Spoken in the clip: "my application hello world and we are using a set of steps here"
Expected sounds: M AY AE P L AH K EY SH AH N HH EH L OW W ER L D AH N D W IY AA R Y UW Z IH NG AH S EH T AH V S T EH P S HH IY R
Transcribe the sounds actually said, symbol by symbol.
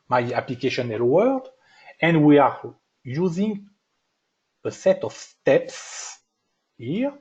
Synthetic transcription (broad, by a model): M AY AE P L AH K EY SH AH N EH L W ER D AH N D W IY AA R Y UW Z IH NG AH S EH T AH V S T EH P S HH IY R